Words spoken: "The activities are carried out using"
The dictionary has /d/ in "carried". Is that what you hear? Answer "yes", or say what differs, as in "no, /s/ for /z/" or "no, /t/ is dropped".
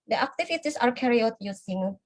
no, /d/ is dropped